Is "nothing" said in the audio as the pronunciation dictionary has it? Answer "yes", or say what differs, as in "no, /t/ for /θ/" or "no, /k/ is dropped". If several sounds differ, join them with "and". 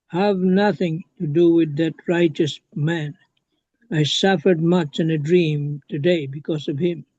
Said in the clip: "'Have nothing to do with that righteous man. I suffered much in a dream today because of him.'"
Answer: yes